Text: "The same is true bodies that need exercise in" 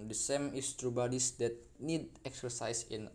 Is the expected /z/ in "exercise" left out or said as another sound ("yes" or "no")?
yes